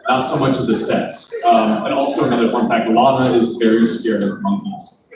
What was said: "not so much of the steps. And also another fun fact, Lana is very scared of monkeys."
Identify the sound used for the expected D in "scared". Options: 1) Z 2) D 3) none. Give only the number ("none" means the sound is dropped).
3